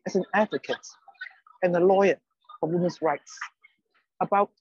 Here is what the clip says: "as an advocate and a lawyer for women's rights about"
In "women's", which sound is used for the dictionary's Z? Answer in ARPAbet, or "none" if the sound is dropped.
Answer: S